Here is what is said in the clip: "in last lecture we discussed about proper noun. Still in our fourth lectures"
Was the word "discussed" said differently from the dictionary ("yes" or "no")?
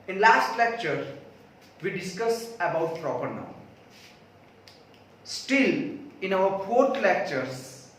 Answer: yes